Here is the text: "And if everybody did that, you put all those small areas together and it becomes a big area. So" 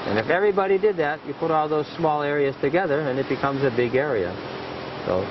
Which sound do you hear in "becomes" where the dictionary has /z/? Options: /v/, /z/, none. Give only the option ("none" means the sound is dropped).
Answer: /z/